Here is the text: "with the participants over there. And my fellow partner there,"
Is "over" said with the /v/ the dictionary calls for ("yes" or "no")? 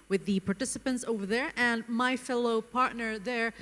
yes